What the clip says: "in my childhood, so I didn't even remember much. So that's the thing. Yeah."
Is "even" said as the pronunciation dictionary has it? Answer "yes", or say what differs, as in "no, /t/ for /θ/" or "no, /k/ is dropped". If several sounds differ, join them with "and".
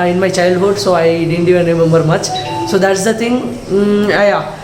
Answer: no, /v/ is dropped